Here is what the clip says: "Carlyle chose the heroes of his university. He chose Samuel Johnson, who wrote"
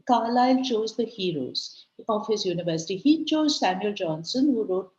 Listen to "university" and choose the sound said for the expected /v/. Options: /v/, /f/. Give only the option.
/v/